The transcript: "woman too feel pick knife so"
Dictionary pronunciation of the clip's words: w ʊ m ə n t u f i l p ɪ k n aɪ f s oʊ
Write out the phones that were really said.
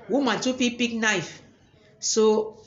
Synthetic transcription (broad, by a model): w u m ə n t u p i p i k n aɪ f s oʊ